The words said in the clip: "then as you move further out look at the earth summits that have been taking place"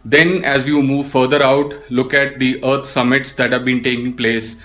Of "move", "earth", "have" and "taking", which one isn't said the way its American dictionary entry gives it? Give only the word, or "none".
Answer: earth